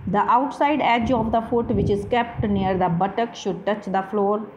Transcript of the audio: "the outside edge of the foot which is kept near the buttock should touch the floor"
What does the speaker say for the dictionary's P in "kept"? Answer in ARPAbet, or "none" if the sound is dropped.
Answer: P